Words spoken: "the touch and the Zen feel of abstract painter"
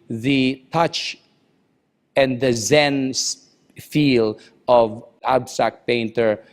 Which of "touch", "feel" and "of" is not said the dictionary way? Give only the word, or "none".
none